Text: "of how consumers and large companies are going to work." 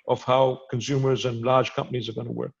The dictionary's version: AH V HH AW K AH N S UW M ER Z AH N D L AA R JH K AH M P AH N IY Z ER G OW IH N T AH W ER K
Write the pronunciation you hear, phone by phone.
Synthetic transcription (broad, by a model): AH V HH AW K AH N S UW M ER Z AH N L AA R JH K AH M P AH N IY Z ER G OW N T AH W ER K